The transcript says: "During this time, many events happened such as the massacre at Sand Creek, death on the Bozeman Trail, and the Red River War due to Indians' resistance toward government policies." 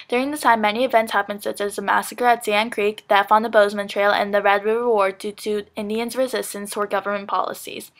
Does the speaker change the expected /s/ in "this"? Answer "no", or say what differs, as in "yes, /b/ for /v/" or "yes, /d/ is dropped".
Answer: yes, /s/ is dropped